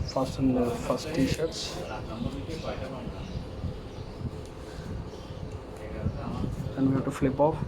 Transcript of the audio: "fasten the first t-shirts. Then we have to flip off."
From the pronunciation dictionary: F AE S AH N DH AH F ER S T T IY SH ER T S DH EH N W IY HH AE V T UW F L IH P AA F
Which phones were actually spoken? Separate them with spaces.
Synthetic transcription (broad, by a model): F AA S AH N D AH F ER S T T IY SH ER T S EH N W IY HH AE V T UW F L IH P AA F